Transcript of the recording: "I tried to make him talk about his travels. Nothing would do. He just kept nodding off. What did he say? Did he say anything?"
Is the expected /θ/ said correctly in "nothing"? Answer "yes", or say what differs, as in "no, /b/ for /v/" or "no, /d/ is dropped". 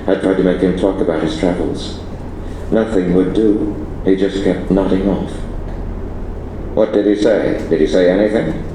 yes